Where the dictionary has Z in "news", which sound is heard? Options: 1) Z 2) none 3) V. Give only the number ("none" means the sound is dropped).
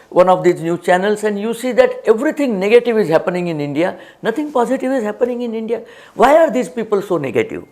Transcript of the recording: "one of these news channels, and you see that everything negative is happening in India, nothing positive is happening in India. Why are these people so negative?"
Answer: 2